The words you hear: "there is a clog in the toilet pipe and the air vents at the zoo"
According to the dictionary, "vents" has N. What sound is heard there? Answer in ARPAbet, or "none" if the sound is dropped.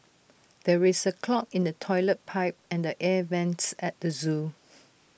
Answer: N